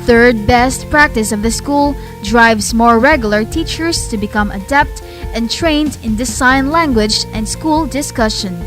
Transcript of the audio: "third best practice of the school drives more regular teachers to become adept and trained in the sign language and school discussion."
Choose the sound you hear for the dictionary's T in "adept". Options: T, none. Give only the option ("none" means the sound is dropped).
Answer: T